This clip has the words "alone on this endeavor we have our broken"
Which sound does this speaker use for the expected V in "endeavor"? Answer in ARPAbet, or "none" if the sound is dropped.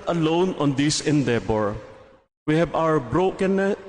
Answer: B